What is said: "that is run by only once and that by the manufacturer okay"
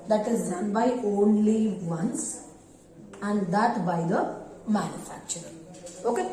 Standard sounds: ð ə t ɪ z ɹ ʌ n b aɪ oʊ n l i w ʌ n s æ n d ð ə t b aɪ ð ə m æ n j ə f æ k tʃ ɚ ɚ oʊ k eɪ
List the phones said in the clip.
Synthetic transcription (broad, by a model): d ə t ɪ z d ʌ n b aɪ oʊ n l i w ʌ n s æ n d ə t b aɪ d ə m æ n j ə f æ k tʃ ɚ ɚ oʊ k eɪ